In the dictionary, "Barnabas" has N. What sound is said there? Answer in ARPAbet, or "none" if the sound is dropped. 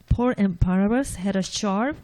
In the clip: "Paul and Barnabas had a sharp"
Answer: none